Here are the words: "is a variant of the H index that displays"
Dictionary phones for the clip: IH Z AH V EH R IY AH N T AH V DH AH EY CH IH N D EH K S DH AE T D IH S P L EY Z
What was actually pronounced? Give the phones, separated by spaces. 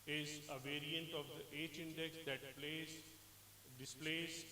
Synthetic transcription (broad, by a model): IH Z AH V EH R IY AH N T AH V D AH EY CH IH N D EH K S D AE T D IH S P L EY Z